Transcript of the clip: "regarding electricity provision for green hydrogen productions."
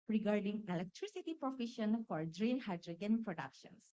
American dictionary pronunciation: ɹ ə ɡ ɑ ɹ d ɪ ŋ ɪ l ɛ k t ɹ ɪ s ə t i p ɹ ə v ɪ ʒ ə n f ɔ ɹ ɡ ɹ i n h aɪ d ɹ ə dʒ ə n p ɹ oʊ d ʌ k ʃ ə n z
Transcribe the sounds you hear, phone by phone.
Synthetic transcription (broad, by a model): ɹ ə ɡ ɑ ɹ d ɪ ŋ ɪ l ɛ k t ɹ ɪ s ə t i p ɹ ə f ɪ ʃ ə n f ɔ ɹ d ɹ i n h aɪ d ɹ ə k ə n p ɹ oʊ d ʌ k ʃ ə n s